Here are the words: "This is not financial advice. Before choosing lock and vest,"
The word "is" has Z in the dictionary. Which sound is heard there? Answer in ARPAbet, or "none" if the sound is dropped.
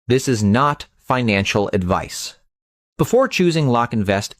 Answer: Z